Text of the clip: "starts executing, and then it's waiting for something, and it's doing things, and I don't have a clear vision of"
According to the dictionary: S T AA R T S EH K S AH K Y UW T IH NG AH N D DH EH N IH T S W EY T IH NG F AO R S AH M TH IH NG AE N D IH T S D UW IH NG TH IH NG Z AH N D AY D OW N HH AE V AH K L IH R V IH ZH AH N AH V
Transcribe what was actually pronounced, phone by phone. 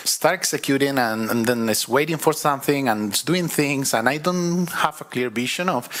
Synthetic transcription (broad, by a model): S T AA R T EH K S AH K Y UW T IH NG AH N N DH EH N IH T S W EY T IH NG F AO R S AH M TH IH NG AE N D IH T S D UW IH NG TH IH NG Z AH N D AY D OW N HH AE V AH K L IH R B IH SH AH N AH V